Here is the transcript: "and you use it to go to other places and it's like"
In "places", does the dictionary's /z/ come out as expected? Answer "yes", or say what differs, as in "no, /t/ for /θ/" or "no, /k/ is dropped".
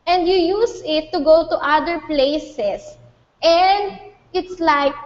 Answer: no, /s/ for /z/